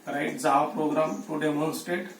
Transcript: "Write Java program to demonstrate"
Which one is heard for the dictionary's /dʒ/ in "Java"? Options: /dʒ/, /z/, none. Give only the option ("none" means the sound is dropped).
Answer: /z/